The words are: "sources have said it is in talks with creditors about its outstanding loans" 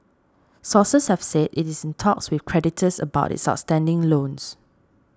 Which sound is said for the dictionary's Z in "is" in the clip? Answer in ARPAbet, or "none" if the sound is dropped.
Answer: S